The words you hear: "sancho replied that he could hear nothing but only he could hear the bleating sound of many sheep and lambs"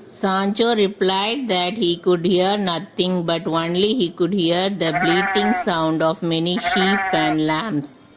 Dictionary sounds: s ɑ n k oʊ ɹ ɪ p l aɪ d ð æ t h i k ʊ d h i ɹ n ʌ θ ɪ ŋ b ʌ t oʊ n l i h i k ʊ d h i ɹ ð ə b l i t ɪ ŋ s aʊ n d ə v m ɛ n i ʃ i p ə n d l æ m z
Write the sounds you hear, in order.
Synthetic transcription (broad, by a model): s ɑ n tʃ oʊ ɹ ɪ p l aɪ d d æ t h i k ʊ d h i ɹ n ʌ t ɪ ŋ b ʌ t oʊ n l i h i k ʊ d h i ɹ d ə b l i t ɪ ŋ s aʊ n d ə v m ɛ n i ʃ i p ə n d l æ m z